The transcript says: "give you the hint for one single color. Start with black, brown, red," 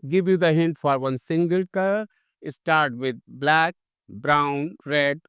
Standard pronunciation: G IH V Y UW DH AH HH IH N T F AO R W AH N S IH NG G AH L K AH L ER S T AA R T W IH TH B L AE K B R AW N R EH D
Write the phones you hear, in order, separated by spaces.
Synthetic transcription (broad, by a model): G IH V Y UW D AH HH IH N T F AO R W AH N S IH NG G AH L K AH IH S T AA R T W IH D B L AE K B R AW N R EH D